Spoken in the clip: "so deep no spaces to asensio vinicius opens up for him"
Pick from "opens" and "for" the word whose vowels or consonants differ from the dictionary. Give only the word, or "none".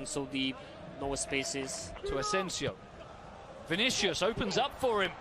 none